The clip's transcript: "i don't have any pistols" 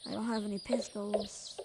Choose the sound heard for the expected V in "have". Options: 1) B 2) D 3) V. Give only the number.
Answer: 3